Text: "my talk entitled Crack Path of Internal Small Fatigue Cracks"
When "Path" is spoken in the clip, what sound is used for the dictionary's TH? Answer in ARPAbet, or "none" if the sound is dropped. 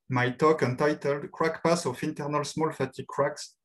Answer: S